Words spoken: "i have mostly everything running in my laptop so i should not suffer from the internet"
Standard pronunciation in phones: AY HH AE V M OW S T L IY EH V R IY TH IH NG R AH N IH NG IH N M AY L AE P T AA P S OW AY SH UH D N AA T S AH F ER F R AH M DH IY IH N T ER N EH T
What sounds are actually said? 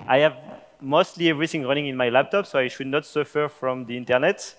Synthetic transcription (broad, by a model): AY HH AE V M OW S T L IY EH V R IY TH IH NG R AH N IH NG IH N M AY L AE P T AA P S OW AY SH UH D N AA T S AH F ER F R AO M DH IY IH N T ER N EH T